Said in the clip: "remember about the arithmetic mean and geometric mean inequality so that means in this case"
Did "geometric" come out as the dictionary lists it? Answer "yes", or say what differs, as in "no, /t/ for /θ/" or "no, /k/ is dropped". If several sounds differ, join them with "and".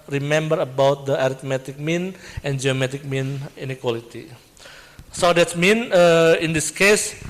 no, /ɹ/ is dropped